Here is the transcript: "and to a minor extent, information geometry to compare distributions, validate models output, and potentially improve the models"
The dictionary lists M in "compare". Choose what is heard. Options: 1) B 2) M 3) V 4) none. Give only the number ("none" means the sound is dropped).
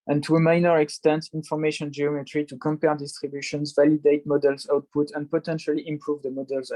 2